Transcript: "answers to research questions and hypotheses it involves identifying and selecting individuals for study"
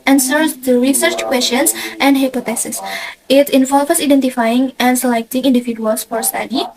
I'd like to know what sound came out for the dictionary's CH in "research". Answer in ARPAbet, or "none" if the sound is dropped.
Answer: CH